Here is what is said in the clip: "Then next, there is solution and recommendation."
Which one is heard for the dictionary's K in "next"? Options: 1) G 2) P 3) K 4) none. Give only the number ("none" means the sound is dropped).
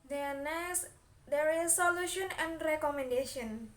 4